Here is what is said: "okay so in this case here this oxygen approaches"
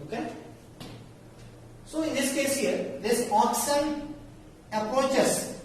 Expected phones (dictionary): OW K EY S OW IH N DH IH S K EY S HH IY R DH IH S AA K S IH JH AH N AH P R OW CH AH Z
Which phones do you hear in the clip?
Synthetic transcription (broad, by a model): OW K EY S OW IH N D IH S K EY S HH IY R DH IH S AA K S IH AH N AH P R OW CH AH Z